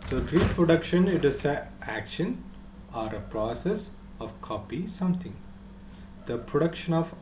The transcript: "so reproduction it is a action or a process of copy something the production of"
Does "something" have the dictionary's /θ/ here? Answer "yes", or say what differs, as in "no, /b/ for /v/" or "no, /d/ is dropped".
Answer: no, /t/ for /θ/